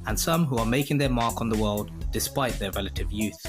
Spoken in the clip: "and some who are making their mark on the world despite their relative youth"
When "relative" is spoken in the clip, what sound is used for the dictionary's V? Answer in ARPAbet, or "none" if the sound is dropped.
V